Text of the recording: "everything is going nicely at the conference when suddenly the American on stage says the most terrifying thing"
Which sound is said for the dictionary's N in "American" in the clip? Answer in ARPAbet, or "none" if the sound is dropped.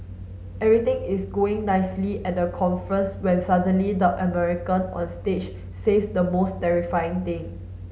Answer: N